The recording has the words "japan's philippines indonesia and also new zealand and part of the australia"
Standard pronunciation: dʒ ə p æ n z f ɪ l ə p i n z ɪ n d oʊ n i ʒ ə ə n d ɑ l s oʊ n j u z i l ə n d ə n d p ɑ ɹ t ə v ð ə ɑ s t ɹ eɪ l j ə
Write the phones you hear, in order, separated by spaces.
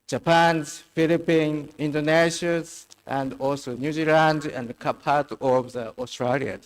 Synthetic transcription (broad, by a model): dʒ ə p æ n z f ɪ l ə p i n ɪ n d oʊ n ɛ ʃ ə ə n d ɑ l s oʊ n j u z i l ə n d ə n d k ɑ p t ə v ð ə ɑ s t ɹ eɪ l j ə